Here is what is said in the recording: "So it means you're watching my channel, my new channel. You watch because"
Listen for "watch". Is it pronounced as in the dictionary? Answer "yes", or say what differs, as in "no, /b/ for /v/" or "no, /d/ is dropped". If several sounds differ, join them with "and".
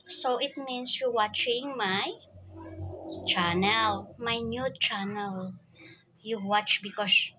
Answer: yes